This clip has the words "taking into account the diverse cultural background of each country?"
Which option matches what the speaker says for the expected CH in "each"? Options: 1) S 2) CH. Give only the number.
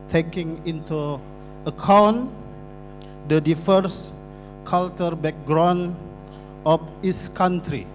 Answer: 1